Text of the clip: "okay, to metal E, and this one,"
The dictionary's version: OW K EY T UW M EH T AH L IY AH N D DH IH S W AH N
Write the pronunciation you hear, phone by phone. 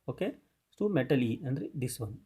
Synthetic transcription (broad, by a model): OW K EY S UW M EH T AH L IY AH N D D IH S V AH N